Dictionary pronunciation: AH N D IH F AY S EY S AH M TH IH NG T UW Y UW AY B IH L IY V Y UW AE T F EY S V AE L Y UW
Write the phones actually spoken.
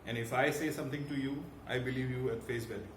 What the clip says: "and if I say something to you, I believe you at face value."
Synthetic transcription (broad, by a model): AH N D IH F AY S EY S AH M T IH NG T UW Y UW AY B IH L IY V Y UW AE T F EY S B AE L